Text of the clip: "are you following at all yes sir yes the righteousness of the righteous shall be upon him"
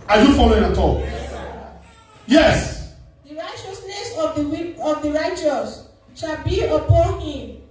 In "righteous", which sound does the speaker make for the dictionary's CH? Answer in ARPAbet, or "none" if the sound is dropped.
CH